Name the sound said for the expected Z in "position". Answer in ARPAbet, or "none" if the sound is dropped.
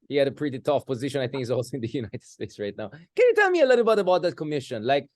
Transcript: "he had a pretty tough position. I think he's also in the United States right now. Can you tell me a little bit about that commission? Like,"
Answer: Z